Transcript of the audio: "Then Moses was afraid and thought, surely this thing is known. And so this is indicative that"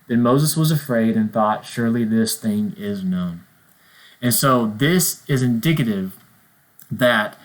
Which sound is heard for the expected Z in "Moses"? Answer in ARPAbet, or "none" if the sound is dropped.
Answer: Z